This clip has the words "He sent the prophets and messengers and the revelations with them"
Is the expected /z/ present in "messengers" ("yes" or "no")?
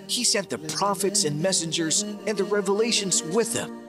yes